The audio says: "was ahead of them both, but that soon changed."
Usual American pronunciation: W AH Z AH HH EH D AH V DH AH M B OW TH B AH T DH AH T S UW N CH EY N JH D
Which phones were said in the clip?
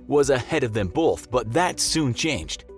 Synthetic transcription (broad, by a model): W AH Z AH HH EH D AH V DH AH M B OW TH B AH T DH AH T S UW N CH EY N JH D